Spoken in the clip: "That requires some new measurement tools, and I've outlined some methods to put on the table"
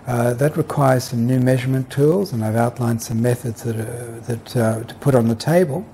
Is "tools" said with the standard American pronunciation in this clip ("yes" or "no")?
yes